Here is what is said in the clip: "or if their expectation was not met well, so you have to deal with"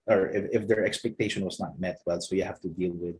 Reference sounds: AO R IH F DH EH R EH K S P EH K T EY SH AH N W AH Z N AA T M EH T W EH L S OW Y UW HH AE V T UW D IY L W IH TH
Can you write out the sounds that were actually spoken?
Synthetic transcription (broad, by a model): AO R IH F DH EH R EH K S P EH K T EY SH AH N W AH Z N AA T M EH T W EH L S OW Y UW HH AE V T UW D IY L W IH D